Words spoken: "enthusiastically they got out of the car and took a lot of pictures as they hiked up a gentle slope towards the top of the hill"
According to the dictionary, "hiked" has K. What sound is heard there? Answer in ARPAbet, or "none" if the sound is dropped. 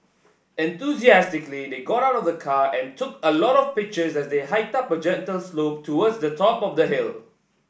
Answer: none